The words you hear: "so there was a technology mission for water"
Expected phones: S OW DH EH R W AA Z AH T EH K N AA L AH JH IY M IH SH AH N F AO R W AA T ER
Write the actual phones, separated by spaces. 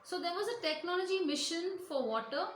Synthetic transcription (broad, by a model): S OW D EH R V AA Z AH T EH K N AA L AH JH IY M IH SH AH N F AO R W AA T ER